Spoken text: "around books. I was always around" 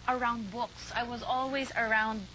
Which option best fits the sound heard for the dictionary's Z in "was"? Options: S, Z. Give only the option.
Z